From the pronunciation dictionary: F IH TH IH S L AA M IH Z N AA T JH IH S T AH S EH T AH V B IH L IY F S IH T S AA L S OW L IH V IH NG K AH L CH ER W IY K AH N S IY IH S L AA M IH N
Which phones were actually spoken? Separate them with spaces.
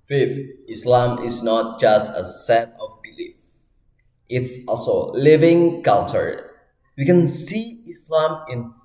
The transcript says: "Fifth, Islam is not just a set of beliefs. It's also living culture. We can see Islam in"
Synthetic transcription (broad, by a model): F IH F IH S L AA M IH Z N AA T JH IH S T AH S EH T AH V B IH L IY F IH T S AA L S OW L IH V IH NG K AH L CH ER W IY K AH N S IY IH S L AA M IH N